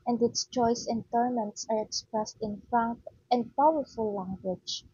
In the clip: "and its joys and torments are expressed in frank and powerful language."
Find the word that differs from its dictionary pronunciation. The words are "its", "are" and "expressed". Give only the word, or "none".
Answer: none